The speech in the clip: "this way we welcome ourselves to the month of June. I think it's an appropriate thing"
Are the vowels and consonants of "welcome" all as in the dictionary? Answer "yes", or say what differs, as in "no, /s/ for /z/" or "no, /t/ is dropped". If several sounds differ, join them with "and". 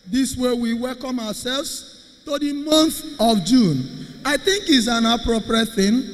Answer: yes